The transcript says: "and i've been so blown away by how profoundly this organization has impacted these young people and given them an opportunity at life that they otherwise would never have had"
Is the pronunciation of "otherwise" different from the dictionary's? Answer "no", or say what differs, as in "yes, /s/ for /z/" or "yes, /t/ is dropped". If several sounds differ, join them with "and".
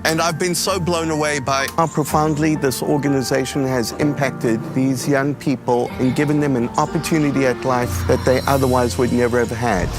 no